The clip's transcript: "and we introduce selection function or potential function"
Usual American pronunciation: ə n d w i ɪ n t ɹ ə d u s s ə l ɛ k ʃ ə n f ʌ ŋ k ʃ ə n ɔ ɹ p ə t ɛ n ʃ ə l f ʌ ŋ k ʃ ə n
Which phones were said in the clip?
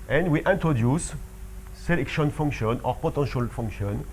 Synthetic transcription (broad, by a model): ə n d w i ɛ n t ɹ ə d u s s ə l ɛ k ʃ ə n f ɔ ŋ k ʃ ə n ɔ ɹ p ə t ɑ ʃ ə l f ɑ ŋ k ʃ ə n